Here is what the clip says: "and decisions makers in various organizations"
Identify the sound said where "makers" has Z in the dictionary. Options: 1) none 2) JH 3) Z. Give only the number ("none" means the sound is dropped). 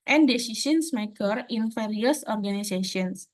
1